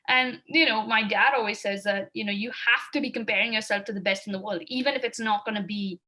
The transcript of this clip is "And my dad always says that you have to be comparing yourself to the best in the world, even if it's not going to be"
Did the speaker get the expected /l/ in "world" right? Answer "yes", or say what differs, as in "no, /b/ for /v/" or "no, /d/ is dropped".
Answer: yes